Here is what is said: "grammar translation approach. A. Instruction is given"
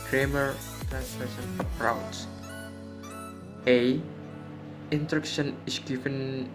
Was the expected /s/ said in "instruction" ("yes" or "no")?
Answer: no